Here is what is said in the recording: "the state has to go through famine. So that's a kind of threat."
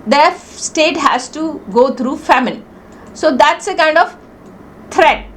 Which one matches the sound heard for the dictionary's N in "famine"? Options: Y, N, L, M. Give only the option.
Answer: L